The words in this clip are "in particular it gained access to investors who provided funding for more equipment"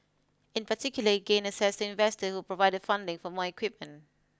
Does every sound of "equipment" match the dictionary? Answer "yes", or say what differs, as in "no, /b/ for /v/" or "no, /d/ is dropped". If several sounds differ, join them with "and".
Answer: yes